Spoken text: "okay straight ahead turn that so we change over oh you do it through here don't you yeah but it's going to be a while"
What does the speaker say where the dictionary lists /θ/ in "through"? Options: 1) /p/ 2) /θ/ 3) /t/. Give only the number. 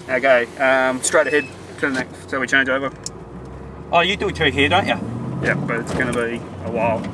3